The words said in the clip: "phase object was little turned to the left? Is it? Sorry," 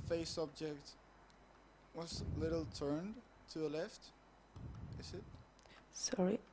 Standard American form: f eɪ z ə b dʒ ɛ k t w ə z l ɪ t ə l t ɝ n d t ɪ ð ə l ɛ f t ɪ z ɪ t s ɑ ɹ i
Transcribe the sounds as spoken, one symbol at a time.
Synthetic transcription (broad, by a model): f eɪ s ə b dʒ ɛ k t w ə z l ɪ t l t ɝ n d t ɪ ð ə l ɛ f t ɪ z ɪ t s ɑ ɹ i